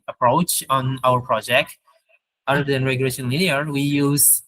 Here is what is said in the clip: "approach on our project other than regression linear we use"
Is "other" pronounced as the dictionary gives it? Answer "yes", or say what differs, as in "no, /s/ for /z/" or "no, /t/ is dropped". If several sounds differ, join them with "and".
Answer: no, /ð/ is dropped